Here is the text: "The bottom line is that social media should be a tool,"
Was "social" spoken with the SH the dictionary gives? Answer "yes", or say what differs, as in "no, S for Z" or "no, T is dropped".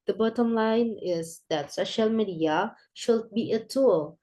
yes